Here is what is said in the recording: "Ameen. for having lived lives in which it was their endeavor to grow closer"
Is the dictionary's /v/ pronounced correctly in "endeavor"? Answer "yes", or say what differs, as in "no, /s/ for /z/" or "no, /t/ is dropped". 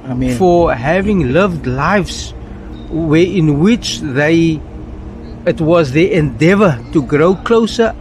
yes